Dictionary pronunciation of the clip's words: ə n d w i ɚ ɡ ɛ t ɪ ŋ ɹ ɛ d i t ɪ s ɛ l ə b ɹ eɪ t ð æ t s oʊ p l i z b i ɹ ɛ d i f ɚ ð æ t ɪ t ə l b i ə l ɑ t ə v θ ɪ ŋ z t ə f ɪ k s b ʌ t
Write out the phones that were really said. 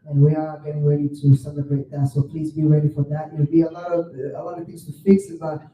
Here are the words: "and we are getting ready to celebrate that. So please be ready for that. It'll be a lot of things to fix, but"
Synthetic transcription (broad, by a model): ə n w i ɚ ɡ ɛ t ɪ ŋ ɹ ɛ d i t ɪ s ɛ l ə b ɹ eɪ t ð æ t s oʊ p l i z b i ɹ ɛ d i f ɚ ð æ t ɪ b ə l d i ə l ɑ t ə v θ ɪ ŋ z t ə f ɪ k s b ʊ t